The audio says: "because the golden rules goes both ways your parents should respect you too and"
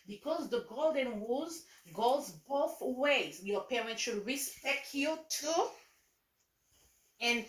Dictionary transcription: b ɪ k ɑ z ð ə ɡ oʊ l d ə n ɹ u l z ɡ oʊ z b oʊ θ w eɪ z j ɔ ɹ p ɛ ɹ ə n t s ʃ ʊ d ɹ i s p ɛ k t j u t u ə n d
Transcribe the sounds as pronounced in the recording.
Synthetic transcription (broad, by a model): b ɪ k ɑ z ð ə ɡ oʊ l d ə n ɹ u z ɡ oʊ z b oʊ θ w eɪ z j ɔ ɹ p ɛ ɹ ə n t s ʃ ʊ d ɹ i s p ɛ k t j u t u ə n